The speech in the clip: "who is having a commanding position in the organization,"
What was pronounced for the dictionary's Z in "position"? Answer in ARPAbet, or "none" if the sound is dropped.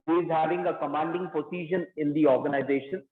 S